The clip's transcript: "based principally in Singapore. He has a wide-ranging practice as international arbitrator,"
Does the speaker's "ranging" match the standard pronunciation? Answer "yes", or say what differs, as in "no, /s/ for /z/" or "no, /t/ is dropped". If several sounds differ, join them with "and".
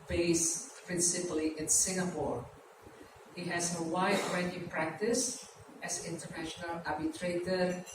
no, /dʒ/ is dropped